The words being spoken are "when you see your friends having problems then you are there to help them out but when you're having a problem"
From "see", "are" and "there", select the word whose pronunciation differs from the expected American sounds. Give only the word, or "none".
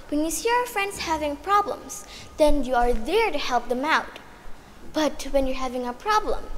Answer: none